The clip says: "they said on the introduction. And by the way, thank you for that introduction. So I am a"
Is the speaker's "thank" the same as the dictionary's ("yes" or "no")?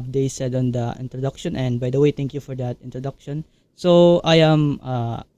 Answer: no